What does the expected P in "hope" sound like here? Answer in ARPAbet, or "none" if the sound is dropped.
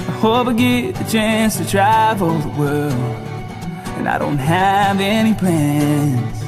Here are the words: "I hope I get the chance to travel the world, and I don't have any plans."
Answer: B